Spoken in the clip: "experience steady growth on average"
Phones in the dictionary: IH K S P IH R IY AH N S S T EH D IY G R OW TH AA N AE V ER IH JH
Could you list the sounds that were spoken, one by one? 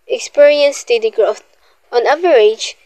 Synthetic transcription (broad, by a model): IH K S P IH R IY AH N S S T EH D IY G R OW T AA N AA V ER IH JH